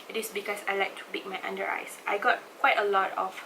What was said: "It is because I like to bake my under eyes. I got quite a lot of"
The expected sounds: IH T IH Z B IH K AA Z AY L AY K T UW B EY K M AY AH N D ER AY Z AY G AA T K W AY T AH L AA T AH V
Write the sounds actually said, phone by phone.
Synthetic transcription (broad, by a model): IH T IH S B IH K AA S AY L AY K T UW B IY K M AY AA N D ER AY S AY G AA T K W AY T AH L AA T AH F